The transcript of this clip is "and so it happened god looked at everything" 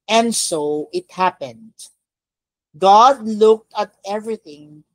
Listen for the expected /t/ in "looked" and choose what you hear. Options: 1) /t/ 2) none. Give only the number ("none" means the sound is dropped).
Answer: 1